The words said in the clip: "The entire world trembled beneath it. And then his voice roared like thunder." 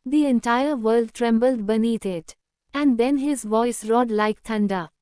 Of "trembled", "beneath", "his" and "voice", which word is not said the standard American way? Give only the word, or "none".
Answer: beneath